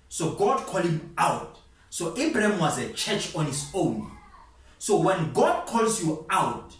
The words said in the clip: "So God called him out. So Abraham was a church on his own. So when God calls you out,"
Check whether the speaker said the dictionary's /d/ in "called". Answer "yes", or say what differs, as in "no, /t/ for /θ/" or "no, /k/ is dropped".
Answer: no, /d/ is dropped